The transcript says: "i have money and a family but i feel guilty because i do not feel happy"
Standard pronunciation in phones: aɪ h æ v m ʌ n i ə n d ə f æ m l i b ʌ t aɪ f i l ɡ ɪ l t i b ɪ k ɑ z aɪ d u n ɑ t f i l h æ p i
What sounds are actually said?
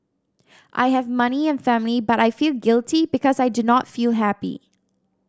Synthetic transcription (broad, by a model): aɪ h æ v m ʌ n i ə n f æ m l i b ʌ t aɪ f i l ɡ ɪ l t i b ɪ k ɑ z aɪ d u n ɑ t f i l h æ p i